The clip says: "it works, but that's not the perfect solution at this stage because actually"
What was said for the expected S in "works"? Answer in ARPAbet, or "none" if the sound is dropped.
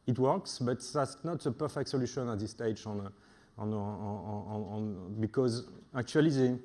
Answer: S